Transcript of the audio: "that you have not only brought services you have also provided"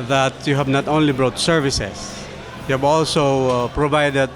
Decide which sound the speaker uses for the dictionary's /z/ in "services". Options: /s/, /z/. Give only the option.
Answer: /s/